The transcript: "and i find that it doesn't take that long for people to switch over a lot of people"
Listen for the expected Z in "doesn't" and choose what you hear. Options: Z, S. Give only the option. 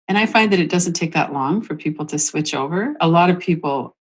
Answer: Z